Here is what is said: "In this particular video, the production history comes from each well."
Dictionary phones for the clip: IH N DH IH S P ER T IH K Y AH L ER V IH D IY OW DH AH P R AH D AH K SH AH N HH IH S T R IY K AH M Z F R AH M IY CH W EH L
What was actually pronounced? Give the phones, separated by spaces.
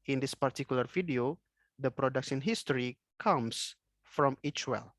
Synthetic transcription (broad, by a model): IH N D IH S P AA T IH K Y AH L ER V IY D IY OW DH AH P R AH D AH K S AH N HH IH S T R IY K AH M S F R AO M IY CH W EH L